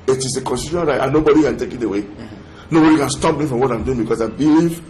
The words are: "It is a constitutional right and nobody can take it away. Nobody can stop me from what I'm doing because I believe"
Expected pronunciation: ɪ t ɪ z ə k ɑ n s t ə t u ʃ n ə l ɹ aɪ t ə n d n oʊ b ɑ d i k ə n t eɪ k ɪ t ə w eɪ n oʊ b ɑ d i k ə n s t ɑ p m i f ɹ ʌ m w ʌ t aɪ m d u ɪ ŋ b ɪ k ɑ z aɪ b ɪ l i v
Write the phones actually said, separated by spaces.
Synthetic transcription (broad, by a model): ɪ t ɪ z ə k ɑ n s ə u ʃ ə n ɹ aɪ t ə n n oʊ b ɑ d i k ə n t eɪ k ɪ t ə w eɪ n oʊ b ɑ d i k ə n s t ɑ p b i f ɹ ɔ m w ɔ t aɪ m d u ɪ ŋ b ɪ k ɑ s aɪ b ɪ l i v